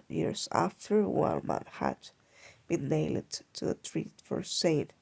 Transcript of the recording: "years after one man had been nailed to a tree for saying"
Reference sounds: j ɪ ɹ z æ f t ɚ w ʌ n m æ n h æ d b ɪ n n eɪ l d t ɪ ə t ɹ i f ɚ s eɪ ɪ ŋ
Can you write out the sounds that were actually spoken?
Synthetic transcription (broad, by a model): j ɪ ɹ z æ f t ɚ w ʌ l m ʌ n h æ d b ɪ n n eɪ l d t ɪ ə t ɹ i f ɚ s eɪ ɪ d